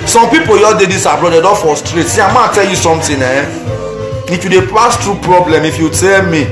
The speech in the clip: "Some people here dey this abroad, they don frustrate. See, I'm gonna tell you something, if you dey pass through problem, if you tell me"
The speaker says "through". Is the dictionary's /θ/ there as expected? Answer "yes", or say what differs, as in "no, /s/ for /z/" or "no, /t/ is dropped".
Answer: no, /t/ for /θ/